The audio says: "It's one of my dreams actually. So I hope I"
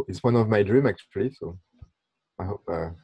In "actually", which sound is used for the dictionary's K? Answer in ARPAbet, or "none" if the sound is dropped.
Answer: K